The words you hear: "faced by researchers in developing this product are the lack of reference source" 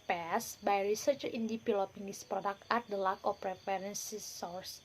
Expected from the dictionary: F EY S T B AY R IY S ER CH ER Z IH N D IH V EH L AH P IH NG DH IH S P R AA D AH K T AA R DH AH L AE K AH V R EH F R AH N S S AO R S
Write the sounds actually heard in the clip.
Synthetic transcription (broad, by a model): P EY S B AY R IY S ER CH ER IH N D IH F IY L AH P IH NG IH S P R AA D AH K T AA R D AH L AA K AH F R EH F R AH N S S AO R S